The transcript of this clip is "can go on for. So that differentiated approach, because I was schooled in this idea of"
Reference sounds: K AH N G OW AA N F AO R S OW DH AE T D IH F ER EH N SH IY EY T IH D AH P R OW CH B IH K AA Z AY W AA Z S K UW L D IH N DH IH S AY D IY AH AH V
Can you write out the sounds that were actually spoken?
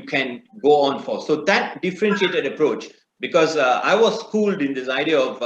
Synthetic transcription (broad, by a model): K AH N G OW AA N F AO R S OW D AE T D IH F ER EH N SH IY EY T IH D AH P R OW CH B IH K AA Z AY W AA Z S K UW L D IH N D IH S AY D IY AH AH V